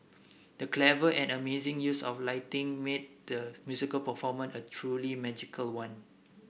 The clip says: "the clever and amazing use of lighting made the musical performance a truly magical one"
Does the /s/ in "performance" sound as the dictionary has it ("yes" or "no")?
no